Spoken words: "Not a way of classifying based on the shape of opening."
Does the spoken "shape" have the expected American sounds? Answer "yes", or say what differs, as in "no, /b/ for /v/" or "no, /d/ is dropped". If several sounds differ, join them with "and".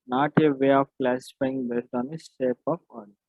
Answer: no, /s/ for /ʃ/